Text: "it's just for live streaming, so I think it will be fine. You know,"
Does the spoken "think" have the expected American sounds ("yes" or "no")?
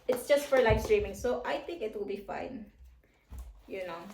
no